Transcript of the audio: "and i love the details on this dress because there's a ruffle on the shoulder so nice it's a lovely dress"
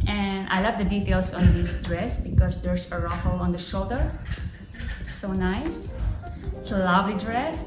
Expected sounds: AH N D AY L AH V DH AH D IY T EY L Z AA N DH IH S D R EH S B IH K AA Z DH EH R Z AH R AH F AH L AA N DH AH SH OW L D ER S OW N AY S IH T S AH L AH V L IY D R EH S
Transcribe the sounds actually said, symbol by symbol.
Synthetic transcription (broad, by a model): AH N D AY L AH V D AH D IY T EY L S AA N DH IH S D R EH S B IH K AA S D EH R S AH R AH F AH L AA N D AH SH OW L D ER S OW N AY S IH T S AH L AH V L IY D R EH S